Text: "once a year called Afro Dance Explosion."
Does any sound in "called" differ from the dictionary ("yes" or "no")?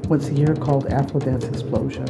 no